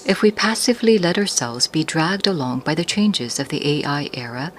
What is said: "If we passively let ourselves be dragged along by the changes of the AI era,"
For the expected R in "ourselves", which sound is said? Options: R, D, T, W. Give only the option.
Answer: R